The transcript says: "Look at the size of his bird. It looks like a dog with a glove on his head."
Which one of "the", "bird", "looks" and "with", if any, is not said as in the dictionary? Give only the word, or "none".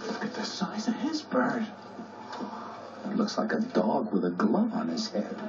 none